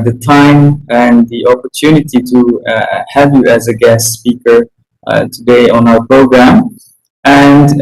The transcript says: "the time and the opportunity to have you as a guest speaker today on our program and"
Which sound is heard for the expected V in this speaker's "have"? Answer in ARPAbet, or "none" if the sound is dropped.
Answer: V